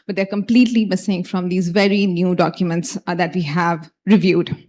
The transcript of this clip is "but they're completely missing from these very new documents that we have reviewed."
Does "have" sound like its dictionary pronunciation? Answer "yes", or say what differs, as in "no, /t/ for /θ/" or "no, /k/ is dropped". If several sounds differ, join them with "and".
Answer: yes